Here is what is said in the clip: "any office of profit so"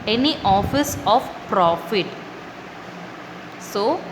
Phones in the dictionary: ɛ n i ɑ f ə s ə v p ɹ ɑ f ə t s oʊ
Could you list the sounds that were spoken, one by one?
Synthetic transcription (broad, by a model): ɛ n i ɑ f ə s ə f p ɹ ɑ f ə t s oʊ